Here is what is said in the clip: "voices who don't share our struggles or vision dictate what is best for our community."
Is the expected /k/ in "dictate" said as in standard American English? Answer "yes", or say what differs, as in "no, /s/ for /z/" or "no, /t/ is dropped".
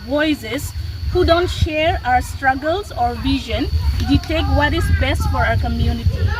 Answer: no, /k/ is dropped